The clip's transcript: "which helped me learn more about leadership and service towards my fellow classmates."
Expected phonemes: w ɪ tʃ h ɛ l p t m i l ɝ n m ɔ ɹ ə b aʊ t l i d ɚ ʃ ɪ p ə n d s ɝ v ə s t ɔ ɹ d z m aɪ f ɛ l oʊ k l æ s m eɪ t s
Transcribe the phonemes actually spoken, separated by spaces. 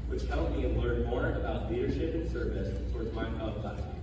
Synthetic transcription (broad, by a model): w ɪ tʃ h ɛ l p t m i l ɝ n m ɔ ɹ ə b aʊ t l i d ɚ ʃ ɪ p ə n s ɝ v ə s t ɔ ɹ d z m aɪ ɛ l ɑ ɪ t